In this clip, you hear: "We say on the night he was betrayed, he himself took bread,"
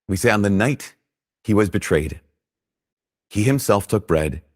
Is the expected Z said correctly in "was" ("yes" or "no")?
yes